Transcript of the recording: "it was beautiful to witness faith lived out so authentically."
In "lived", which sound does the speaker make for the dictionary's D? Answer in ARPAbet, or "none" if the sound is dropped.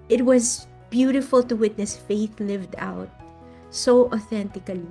D